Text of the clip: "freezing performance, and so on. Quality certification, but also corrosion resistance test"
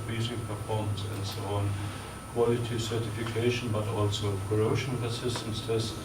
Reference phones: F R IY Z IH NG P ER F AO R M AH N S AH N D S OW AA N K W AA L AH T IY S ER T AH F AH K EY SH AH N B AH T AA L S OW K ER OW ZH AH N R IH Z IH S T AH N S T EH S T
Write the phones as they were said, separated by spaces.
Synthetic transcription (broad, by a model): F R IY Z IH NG P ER F AO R M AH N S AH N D S OW AA N K W AA L AH T IY S ER T AH F AH K EY SH AH N B AH T AA L S OW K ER OW SH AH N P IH S IH S T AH N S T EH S